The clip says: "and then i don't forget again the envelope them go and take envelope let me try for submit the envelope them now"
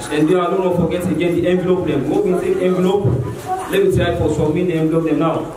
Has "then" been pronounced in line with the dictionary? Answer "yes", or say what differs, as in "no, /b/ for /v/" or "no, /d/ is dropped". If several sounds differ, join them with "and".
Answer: no, /n/ is dropped